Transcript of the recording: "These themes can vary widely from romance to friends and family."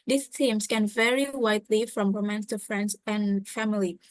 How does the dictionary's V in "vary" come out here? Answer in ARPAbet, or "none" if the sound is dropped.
V